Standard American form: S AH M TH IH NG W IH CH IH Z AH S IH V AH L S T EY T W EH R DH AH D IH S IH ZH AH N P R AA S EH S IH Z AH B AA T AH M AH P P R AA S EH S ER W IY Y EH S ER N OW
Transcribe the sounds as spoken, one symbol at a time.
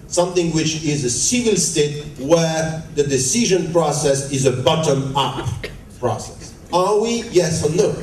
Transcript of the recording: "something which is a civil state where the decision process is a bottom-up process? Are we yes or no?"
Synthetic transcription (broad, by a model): S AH M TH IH NG W IH CH IH Z AH S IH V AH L S T EY T W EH R DH AH D IH S IH ZH AH N P R AA S EH S IH Z AH B AA T AH M AH P P R AA S EH S ER W IY Y EH S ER N OW